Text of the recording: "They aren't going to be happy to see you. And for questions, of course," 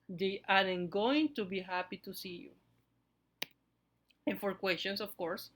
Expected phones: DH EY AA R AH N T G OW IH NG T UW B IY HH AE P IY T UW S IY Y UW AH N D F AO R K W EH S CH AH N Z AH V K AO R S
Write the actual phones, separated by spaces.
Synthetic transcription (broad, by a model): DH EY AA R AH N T G OW IH NG T UW B IY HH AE P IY T UW S IY Y UW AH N F AO R K W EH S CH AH N S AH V K AO R S